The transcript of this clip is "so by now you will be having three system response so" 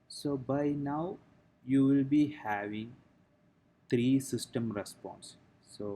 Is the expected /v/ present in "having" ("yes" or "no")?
yes